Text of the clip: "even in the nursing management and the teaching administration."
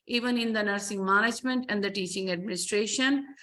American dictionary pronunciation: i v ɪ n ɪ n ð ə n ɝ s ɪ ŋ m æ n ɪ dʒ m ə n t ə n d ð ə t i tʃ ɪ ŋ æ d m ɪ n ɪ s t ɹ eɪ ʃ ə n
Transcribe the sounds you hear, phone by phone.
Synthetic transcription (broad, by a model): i v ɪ n ɪ n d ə n ɝ s ɪ ŋ m æ n ɪ dʒ m ə n t ə n d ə t i tʃ ɪ ŋ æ d m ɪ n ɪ s t ɹ eɪ ʃ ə n